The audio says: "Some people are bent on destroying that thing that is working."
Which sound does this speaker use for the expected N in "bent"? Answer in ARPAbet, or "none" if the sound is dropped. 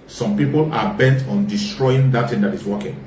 N